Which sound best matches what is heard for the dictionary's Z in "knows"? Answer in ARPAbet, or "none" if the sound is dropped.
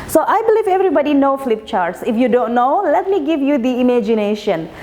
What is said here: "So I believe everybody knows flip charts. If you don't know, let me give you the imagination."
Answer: none